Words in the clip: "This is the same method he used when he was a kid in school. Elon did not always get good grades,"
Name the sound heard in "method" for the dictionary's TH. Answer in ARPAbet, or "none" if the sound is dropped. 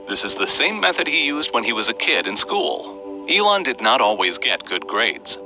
TH